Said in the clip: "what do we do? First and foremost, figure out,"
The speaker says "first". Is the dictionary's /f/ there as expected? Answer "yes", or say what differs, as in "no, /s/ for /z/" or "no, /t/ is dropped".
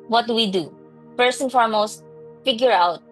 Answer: no, /p/ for /f/